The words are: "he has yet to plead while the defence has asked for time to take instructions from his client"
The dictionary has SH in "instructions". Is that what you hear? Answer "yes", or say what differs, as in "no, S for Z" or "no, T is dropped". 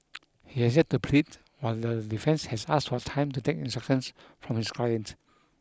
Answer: no, SH is dropped